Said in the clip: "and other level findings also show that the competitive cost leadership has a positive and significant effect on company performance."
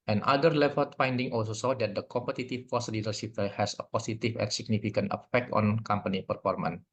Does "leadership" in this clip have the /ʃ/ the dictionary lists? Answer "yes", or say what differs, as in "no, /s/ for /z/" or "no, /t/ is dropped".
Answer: no, /s/ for /ʃ/